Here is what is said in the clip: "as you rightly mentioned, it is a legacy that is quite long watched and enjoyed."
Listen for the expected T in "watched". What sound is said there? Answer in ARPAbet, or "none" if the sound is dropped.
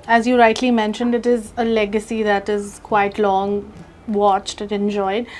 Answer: T